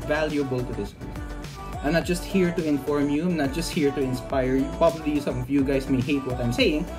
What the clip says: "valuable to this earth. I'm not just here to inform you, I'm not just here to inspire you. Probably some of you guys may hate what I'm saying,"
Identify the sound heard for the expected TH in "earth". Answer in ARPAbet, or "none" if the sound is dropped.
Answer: T